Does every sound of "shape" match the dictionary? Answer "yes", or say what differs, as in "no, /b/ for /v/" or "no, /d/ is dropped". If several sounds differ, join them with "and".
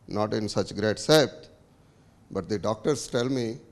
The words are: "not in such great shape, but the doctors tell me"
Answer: no, /s/ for /ʃ/